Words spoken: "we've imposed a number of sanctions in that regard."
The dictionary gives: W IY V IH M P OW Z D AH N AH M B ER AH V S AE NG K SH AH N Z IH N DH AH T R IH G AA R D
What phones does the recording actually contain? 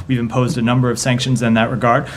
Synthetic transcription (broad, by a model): W IY V IH M P OW Z D AH N AH M B ER AH V S AE NG K SH AH N Z IH N DH AH T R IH G AA R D